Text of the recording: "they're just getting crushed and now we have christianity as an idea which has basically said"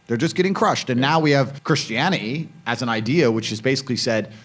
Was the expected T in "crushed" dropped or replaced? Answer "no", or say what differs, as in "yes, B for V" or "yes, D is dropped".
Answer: no